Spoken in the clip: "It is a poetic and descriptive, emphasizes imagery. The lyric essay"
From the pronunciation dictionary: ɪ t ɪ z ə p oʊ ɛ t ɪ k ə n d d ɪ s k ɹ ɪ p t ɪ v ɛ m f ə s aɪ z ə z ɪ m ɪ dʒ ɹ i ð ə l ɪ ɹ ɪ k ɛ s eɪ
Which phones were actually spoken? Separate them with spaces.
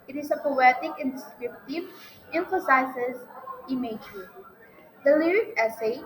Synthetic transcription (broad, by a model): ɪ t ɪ s ə p oʊ ɛ t ɪ k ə n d d ɪ s k ɹ ɪ p t ɪ v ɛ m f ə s aɪ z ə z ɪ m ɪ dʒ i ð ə l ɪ ɹ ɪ k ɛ s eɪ